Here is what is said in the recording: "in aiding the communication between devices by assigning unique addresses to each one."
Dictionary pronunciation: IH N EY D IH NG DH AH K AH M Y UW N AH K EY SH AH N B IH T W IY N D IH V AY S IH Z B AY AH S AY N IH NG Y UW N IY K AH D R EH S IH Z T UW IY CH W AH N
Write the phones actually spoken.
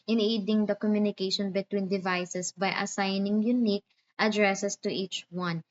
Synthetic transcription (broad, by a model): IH N EY D IH NG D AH K AH M Y UW N AH K EY SH AH N B IH T W IY N D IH V AY S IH S B AY AH S AY N IH NG Y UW N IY K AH D R EH S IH S T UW IY CH W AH N